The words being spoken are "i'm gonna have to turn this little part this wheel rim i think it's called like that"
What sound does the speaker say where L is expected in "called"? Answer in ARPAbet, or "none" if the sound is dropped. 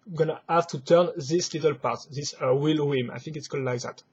none